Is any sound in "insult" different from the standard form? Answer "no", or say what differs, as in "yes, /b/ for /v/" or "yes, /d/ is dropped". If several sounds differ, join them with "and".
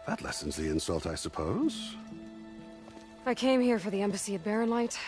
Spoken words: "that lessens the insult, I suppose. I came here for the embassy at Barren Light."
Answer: no